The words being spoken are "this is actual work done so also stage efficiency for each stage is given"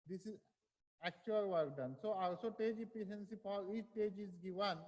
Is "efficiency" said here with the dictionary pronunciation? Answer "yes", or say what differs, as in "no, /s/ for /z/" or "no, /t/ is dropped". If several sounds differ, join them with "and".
no, /p/ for /f/